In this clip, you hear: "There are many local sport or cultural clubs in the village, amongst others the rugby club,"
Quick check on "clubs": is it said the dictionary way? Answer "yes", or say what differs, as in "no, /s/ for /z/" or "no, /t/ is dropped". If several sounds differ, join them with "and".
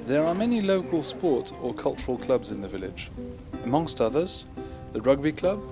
yes